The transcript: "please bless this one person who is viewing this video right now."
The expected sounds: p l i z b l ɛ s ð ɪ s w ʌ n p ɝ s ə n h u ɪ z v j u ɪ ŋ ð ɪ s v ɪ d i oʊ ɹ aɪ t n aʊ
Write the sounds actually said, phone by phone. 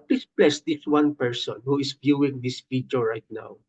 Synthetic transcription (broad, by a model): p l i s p l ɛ s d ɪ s w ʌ n p ɝ s ə n h u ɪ s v j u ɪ ŋ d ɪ s f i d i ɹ ɹ aɪ t n aʊ